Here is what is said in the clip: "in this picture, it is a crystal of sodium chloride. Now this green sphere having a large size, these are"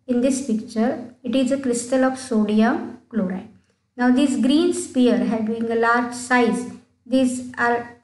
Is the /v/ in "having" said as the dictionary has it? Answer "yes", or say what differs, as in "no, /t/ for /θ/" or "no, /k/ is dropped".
no, /b/ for /v/